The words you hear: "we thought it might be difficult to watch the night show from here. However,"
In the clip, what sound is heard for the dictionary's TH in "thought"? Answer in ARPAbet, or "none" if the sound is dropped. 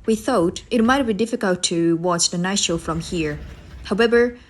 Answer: TH